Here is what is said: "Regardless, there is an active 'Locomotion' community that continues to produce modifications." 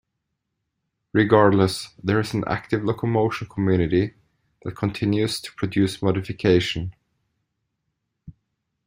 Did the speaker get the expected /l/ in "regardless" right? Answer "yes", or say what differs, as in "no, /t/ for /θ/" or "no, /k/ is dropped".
yes